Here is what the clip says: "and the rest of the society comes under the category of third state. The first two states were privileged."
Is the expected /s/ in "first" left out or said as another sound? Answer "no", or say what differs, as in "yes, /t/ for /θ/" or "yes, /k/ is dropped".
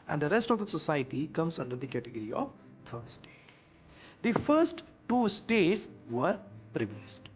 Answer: no